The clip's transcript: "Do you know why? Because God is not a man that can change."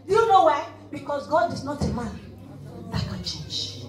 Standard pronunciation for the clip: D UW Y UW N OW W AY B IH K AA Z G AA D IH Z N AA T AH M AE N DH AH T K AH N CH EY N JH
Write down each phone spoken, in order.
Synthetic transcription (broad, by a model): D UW Y UW N OW W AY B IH K AA S G AA D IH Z N AA T AH M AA N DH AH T K AH N CH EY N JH